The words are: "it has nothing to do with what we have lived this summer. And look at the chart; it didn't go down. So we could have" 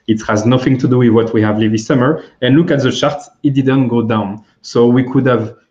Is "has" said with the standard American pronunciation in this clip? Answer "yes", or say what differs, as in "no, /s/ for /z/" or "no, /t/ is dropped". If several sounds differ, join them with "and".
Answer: yes